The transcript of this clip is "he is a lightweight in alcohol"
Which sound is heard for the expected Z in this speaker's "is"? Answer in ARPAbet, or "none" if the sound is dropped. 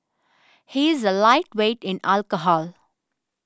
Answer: Z